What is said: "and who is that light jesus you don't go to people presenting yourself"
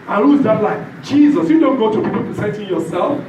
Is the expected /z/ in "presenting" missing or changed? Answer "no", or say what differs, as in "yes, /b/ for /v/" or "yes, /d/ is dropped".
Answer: yes, /s/ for /z/